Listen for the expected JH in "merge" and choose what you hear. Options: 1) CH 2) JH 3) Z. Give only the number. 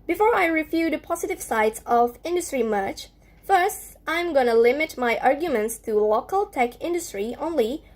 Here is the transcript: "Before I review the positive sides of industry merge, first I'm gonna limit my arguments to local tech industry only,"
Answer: 1